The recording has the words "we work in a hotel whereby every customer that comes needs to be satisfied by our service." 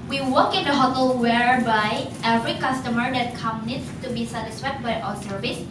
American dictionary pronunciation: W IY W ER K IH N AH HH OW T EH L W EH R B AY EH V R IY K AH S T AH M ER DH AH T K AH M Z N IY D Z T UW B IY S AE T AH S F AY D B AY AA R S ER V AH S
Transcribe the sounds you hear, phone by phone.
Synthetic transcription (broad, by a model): W IY W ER K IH N AH HH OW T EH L W EH R B AY EH V R IY K AH S T AH M ER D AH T K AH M N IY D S T UW B IY S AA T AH S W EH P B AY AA S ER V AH S